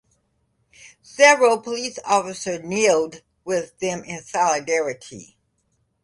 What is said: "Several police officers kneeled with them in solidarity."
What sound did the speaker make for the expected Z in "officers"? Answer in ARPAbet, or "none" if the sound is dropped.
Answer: none